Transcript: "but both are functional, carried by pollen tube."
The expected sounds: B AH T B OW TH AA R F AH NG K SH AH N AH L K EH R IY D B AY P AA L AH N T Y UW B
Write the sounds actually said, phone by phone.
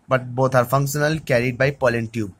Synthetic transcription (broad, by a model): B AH T B OW T AA R F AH NG K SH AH N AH L K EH R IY D B AY P AA L AH N T Y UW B